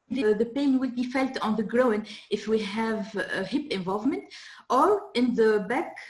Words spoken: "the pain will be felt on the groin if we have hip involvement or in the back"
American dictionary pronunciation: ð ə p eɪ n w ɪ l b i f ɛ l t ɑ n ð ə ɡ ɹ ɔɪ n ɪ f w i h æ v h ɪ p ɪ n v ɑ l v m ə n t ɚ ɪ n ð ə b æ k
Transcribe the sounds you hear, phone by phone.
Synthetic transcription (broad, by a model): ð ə p eɪ n w ɪ l b i f ɛ l t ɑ n ð ə ɡ ɹ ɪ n ɪ f w i h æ v h ɪ p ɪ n v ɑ l v m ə n t ɚ ɪ n ð ə b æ k